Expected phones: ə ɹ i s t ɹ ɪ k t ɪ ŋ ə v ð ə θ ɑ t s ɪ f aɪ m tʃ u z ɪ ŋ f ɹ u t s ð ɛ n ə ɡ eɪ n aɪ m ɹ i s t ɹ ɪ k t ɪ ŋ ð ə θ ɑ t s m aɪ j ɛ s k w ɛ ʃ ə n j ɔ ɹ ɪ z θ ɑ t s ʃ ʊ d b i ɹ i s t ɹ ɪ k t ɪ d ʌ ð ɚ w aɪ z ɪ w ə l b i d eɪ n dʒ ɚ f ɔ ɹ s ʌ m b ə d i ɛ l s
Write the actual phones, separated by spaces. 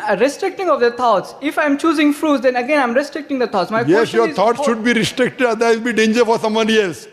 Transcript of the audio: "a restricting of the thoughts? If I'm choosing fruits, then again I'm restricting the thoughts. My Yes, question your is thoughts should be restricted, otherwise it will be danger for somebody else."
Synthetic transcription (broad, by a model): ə ɹ i s t ɹ ɪ k t ɪ ŋ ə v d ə t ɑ t s ɪ f aɪ m tʃ u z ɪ ŋ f ɹ u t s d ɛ n ə ɡ eɪ n aɪ m ɹ i s t ɹ ɪ k t ɪ ŋ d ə t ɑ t s m aɪ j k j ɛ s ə j ɔ ɹ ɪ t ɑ t s ʃ ʊ d b i ɹ i s t ɹ ɪ k t ɪ d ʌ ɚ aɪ ɪ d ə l b i d eɪ n dʒ ɚ f ɔ ɹ s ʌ m ə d i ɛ l s